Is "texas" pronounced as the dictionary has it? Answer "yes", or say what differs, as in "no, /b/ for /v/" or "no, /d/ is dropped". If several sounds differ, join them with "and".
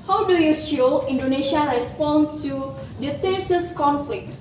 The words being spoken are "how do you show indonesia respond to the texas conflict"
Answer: no, /k/ is dropped